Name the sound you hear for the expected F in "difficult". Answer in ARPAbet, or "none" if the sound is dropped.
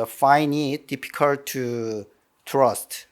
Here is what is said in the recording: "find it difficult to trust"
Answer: P